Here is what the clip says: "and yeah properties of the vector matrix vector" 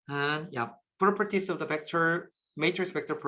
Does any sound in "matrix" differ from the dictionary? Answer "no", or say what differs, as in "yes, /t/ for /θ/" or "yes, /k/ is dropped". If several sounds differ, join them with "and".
yes, /ɹ/ is dropped